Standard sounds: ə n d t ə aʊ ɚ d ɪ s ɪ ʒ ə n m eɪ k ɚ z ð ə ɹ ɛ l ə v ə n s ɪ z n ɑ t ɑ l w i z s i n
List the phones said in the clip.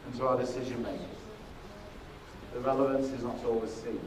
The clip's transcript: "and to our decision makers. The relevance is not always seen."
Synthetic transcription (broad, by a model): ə n t ə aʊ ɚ d ɪ s ɪ ʒ ə n m eɪ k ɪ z ð ə ɹ ɛ l ə v ə n s ɪ z n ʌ t ɑ l w i z s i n